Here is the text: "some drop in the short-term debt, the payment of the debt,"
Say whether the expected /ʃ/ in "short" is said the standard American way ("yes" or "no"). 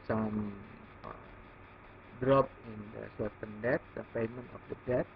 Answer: no